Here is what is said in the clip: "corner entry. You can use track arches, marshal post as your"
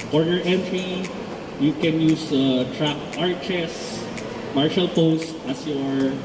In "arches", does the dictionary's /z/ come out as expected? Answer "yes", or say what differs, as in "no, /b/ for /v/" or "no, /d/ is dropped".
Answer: no, /s/ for /z/